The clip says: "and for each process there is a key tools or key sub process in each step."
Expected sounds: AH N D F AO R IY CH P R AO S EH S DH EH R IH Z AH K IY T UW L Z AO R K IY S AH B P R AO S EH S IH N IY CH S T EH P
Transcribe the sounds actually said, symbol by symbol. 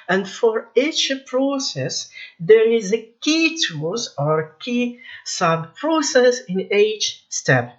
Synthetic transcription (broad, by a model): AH N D F AO R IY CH P R AO S EH S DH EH R IH Z AH K IY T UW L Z AO R K IY S AH B P R AO S EH S IH N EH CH S T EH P